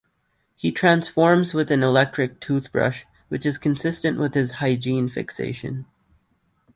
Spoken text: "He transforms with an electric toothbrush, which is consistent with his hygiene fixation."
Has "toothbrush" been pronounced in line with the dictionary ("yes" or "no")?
yes